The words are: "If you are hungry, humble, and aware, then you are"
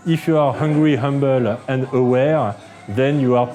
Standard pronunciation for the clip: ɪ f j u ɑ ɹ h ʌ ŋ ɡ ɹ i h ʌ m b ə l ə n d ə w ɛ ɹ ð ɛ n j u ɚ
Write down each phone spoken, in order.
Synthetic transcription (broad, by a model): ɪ f j u ɑ ɹ h ʌ ŋ ɡ ɹ i h ʌ m b ə l ə n d ə w ɛ ɹ ð ɛ n j u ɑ